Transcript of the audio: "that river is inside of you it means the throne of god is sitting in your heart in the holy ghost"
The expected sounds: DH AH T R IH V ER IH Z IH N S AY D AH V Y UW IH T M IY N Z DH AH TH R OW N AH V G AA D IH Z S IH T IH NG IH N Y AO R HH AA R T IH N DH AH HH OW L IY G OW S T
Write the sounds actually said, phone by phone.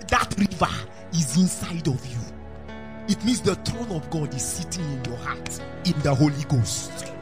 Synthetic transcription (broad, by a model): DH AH T R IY V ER IH Z IH N S AY D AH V Y UW IH T M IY N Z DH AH T R OW N AH V G AA D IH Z S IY T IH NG IH N Y AO HH AA T IH N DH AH HH OW L IY G OW S T